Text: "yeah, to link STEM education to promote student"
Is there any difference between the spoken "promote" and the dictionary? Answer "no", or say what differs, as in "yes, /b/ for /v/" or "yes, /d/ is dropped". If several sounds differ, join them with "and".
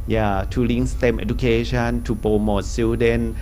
yes, /ɹ/ is dropped